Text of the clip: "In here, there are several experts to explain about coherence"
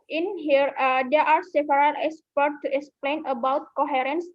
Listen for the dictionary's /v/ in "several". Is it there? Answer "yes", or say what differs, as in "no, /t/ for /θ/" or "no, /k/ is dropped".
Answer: no, /p/ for /v/